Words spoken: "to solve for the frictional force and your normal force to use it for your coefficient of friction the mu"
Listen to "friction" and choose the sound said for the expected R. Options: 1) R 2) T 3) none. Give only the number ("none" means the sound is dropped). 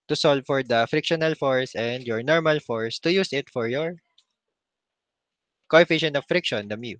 1